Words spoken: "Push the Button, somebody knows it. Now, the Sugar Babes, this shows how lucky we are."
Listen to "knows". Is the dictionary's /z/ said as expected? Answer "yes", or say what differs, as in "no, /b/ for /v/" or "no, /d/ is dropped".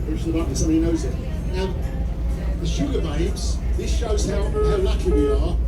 yes